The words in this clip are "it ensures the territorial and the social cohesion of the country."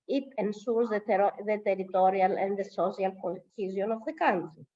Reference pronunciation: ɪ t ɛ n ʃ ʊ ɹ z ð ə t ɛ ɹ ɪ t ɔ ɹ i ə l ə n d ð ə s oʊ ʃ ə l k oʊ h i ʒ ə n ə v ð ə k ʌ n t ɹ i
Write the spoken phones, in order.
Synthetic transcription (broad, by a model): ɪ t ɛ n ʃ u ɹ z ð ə t ɛ ɹ ɪ t ɔ ɹ i ə l ə n d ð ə s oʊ s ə l k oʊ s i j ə n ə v ð ə k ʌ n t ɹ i